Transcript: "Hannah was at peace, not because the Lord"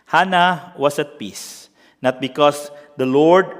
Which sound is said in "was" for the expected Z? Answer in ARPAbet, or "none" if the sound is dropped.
S